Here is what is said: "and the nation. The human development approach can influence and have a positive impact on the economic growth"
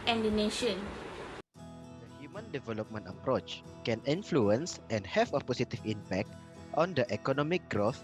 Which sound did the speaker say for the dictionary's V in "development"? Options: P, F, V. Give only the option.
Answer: V